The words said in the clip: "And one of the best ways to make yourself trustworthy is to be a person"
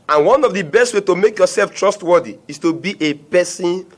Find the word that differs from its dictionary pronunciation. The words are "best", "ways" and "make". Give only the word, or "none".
ways